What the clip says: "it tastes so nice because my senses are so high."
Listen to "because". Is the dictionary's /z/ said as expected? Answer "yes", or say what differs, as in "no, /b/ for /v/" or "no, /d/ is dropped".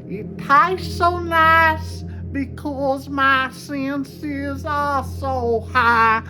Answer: yes